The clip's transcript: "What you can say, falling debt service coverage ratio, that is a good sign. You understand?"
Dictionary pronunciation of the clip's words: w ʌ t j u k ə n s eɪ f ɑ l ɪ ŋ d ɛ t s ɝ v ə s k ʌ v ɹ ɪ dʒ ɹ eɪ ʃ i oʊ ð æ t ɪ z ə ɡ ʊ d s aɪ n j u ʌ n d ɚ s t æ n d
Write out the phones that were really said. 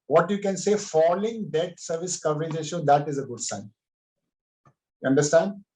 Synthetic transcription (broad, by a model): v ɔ t j u k ə n s eɪ f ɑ l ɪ ŋ d ɛ t s ɝ v ə s k ʌ v ɹ ɪ dʒ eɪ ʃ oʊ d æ t ɪ z ə ɡ ʊ d s aɪ n j u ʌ n d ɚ s t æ n d